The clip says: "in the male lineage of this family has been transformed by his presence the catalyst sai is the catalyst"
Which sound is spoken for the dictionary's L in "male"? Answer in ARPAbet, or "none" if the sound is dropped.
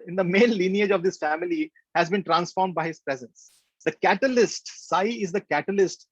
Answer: N